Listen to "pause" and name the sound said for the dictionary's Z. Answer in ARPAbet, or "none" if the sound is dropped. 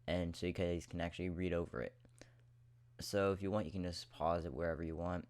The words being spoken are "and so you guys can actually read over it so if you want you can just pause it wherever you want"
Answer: Z